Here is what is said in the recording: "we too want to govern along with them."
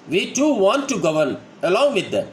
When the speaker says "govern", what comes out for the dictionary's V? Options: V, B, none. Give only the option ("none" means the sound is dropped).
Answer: V